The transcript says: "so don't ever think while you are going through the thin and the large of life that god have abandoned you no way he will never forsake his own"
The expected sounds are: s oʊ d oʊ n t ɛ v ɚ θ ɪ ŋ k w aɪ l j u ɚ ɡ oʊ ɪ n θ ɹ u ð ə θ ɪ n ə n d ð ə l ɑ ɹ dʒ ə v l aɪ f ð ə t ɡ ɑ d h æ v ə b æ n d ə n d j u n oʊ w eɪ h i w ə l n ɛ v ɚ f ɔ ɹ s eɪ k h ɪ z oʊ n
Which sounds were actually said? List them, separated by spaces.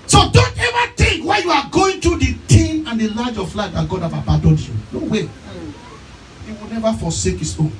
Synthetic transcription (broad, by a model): s oʊ d oʊ n t ɛ v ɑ t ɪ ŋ k w aɪ j u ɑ ɡ oʊ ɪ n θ ɹ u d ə t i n ə n d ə l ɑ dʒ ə f l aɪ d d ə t ɡ ɑ d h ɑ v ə b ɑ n d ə n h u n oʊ w eɪ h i w ə l n ɛ v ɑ f ɔ s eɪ k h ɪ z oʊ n